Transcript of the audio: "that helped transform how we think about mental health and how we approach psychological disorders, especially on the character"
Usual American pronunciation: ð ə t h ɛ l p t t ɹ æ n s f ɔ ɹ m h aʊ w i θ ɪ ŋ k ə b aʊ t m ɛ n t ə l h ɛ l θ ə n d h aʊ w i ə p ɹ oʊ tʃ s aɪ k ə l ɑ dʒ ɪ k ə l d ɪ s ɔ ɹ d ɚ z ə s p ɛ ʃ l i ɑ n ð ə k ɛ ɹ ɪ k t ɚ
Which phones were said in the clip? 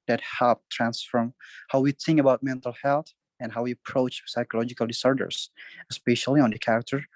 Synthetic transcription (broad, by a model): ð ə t h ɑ p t t ɹ æ n s f ɔ ɹ m h aʊ w i θ ɪ ŋ k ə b aʊ t m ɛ n t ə l h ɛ l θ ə n h aʊ w i ə p ɹ oʊ tʃ s aɪ k ə l ɑ dʒ ɪ k ə l d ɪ s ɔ ɹ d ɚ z ə s p ɛ ʃ l i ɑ n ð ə k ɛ ɹ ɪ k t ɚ